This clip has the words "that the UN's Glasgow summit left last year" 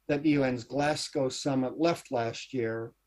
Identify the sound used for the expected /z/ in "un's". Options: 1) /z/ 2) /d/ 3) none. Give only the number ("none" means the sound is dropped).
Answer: 1